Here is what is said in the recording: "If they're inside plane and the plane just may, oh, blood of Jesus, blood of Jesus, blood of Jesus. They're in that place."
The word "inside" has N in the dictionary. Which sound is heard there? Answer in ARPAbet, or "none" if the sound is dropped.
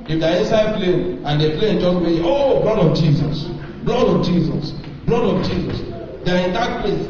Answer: none